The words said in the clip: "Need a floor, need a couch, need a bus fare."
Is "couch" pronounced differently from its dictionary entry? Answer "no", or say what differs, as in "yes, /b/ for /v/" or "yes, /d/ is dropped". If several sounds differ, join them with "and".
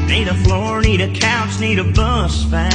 yes, /s/ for /tʃ/